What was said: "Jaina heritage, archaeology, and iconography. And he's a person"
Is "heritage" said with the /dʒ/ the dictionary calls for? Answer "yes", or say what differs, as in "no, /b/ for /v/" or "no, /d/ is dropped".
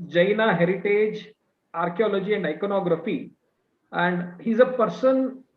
yes